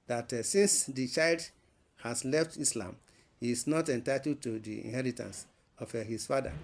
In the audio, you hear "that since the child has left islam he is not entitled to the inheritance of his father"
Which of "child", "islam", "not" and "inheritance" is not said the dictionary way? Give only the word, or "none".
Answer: none